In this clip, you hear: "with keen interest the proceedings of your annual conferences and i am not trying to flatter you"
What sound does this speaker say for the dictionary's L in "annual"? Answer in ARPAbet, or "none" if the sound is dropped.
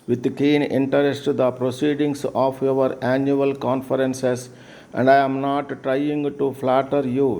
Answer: L